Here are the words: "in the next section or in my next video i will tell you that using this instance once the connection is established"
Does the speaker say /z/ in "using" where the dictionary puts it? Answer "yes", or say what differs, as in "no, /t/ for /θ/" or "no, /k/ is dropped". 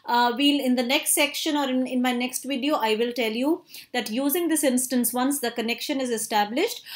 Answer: yes